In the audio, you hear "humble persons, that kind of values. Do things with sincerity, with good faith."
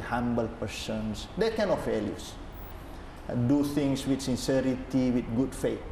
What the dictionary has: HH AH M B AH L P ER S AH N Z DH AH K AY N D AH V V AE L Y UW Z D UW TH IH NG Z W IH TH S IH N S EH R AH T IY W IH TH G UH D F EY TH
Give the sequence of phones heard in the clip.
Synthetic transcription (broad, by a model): HH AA M B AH L P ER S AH N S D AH K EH N AH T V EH L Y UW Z D UW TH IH NG S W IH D S IH N S EH R AH T IY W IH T G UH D F EY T